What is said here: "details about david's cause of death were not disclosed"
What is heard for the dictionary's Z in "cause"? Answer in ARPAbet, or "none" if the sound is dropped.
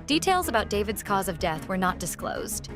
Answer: Z